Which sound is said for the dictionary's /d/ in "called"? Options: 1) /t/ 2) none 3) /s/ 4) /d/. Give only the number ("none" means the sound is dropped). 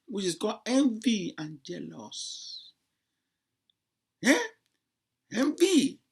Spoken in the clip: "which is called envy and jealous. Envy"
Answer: 2